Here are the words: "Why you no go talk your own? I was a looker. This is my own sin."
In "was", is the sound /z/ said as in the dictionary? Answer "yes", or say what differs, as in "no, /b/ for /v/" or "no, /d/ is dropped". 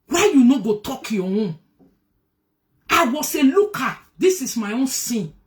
no, /s/ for /z/